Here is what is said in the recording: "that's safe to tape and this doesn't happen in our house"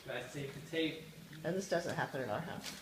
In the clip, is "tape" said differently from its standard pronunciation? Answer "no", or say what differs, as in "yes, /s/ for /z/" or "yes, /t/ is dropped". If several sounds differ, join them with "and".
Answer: yes, /p/ is dropped